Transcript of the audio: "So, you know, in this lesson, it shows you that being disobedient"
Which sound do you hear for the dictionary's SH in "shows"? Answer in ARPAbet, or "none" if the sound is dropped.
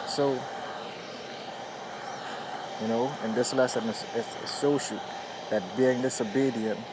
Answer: S